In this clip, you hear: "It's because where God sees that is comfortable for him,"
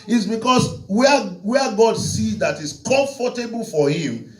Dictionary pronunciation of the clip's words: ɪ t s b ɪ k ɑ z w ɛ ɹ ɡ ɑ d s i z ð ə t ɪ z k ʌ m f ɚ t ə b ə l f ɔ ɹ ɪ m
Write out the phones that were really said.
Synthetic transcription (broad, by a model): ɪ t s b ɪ k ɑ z w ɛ w ɡ ɑ d s i z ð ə t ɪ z k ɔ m f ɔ t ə b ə l f ɔ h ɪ m